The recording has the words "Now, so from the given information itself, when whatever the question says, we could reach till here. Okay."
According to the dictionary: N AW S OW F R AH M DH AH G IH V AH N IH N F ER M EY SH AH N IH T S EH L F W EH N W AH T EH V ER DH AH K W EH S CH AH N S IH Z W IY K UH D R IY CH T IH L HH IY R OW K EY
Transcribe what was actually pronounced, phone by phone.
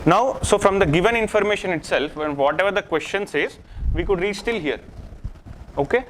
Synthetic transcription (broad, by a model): N AW S OW F R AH M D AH G IH V AH N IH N F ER M EY SH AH N IH T S EH L F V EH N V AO T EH V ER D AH K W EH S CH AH N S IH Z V IY K UH D R IY S T IH L HH IY R OW K EY